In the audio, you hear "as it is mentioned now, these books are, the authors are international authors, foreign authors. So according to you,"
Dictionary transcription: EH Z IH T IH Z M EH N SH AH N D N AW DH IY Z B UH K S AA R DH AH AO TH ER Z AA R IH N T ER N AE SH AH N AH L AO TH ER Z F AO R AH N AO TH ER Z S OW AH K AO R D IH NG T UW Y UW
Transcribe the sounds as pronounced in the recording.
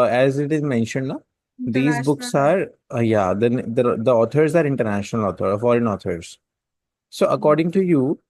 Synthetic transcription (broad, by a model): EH Z IH T IH Z M EH N SH AH N D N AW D IY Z B UH K S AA R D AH AO T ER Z AA R IH N T ER N AE SH AH N AH L AO T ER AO F AO R AH N AO T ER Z S OW AH K AO R D IH NG T UW Y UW